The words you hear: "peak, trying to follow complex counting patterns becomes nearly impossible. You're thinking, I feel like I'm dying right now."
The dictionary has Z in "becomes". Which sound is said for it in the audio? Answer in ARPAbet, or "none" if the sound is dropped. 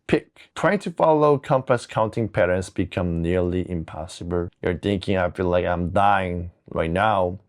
none